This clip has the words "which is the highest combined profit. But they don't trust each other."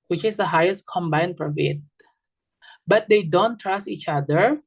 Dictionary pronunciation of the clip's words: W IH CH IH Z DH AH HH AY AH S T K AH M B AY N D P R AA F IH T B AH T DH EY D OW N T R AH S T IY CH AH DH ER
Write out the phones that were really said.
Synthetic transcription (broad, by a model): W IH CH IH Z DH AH HH AY AH S T K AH M B AY N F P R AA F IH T B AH T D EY D OW N T R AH S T IY CH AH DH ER